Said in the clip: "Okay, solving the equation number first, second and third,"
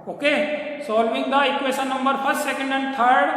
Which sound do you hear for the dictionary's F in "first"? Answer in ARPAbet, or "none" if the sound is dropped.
P